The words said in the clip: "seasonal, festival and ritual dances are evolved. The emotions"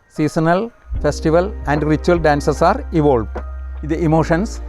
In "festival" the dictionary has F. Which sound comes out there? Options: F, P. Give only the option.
F